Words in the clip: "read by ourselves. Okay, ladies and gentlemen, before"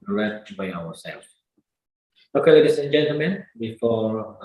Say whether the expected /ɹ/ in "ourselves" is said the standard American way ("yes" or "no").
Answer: no